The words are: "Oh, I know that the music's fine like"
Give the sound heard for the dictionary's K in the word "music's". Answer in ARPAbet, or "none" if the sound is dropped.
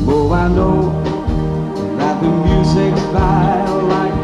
K